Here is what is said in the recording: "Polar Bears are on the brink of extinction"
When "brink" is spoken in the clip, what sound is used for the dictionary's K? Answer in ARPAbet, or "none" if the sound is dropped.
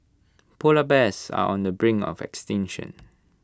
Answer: none